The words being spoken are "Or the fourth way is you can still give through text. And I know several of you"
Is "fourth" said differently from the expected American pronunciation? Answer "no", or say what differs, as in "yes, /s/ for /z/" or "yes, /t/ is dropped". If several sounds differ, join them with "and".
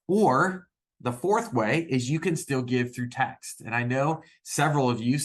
no